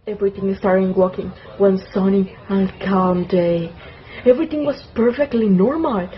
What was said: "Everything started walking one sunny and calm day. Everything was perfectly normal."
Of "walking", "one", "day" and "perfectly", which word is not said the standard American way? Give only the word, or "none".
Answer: none